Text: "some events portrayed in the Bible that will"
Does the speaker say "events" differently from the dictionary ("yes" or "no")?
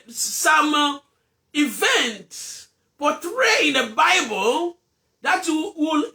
yes